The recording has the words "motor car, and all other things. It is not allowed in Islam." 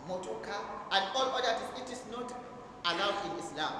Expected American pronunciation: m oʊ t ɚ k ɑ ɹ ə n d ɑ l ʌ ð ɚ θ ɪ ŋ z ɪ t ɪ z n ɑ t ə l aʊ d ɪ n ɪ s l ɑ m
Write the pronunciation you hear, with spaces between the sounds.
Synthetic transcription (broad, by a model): m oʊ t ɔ k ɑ ə n d ɑ l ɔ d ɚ t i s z ɪ t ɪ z n ɑ t ə l aʊ d ɪ n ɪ s l ɑ m